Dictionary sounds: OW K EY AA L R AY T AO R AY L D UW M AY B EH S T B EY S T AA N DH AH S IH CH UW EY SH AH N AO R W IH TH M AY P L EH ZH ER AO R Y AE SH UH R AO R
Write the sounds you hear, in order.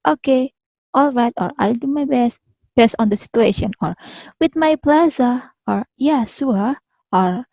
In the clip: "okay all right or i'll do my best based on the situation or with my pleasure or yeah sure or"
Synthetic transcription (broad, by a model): OW K EY AA L R AY T AO R AY L D UW M AY B EH S T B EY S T AA N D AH S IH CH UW EY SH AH N AO R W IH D M AY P L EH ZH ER AO R Y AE S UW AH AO R